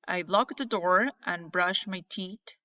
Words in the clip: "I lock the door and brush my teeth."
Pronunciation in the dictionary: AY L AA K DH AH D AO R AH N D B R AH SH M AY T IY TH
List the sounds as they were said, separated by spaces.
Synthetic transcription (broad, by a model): AY L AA K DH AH D AO R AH N B R AH SH M AY T IY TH